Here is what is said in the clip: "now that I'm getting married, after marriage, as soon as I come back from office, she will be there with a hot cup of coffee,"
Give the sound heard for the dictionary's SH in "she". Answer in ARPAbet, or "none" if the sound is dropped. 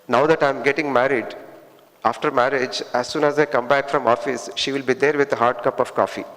SH